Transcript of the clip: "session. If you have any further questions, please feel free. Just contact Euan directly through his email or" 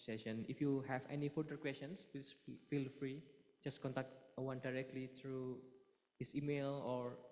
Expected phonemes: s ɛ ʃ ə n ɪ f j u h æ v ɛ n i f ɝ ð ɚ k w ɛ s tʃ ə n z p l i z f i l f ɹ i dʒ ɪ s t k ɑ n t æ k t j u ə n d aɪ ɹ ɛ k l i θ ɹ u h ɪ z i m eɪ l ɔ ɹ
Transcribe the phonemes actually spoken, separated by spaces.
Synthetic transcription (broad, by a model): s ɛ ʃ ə n ɪ f j u h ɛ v ɛ n i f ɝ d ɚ k w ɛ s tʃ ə n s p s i f i l f ɹ i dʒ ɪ s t k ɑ n t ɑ k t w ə n d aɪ ɹ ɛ k l i t ɹ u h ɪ s i m eɪ l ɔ ɹ